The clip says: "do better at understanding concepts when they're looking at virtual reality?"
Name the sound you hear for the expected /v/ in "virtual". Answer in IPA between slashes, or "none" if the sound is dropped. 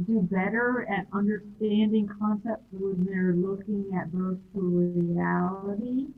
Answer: /b/